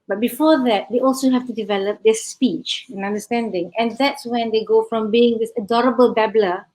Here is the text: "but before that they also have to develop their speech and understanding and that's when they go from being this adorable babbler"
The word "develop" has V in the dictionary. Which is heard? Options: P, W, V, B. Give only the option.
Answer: V